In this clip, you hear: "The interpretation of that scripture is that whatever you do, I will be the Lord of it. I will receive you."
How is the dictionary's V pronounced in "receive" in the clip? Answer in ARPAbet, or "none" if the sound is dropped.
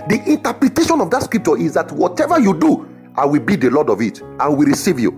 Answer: V